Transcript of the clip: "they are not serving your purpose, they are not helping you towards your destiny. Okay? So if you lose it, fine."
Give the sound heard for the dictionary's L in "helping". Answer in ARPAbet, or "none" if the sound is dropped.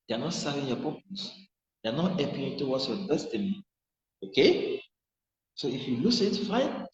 none